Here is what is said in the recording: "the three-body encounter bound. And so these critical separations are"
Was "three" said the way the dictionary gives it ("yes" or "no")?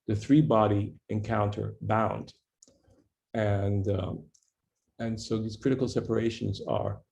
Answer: yes